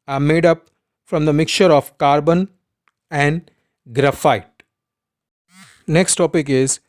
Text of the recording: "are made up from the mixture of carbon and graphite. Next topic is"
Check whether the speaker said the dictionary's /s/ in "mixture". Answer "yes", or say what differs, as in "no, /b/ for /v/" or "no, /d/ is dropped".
no, /s/ is dropped